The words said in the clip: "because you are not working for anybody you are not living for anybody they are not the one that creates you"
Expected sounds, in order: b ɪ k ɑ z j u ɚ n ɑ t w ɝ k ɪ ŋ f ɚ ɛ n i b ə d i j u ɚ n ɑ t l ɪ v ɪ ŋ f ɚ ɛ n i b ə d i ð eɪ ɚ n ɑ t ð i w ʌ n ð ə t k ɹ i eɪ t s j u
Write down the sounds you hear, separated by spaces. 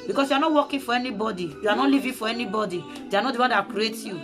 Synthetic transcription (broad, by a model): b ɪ k ɑ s j u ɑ n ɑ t w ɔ k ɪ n f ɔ ɛ n i b ə d i j u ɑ n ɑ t l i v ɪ f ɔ ɛ n i b ə d i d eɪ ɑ n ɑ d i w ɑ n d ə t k ɹ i eɪ t j u